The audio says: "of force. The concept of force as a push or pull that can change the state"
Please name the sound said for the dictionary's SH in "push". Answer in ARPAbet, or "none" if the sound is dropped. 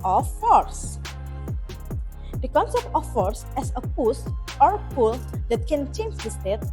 S